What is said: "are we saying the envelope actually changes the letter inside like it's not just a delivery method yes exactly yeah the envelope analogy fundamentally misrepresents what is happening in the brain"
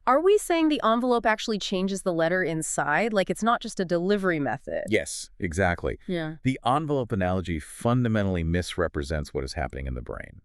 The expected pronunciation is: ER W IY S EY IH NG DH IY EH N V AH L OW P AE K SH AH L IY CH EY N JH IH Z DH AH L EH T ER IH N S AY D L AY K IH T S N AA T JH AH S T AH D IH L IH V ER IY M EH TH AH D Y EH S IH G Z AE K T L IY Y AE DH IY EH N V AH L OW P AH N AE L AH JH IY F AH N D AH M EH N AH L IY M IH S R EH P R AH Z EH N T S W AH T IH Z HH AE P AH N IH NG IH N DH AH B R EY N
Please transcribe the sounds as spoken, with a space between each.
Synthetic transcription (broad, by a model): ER W IY S EY IH NG DH IY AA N V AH L OW P AE K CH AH L IY CH EY N JH IH Z DH AH L EH T ER IH N S AY D L AY K IH T S N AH T JH AH S T AH D IH L IH V ER IY M EH TH AH D Y EH S IH G Z AE K T L IY Y AE DH IY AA N V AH L OW P AH N AE L AH JH IY F AH N D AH M EH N L IY M IH S R EH P R AH Z EH N T S W AH T IH Z HH AE P AH N IH NG IH N DH AH B R EY N